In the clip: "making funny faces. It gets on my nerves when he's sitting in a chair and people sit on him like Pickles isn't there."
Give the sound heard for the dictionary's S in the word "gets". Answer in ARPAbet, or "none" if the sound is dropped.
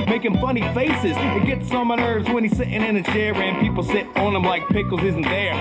S